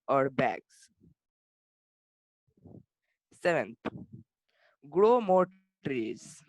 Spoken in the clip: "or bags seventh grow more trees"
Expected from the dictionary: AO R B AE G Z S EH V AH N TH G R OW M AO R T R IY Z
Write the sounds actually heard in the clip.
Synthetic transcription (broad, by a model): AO R B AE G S S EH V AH N T G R OW M AO R T R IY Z